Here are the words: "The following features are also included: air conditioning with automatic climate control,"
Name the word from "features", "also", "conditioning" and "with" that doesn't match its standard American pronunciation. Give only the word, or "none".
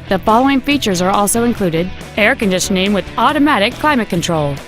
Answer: conditioning